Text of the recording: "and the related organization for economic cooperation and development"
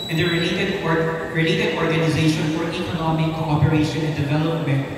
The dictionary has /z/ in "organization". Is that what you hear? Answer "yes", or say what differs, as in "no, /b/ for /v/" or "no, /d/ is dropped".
yes